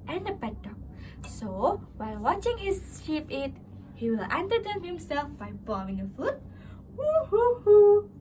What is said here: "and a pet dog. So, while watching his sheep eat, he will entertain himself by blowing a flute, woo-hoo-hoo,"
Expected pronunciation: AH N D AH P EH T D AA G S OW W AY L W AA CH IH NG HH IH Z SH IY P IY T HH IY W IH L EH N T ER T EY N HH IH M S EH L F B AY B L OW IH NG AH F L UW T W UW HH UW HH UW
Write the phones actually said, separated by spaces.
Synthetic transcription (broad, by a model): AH N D AH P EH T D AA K S OW W AY L W AA CH IH NG HH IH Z SH IY P IY T HH IY W IH L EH N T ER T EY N HH IH M S EH L F B AY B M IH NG AH F UW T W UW HH UW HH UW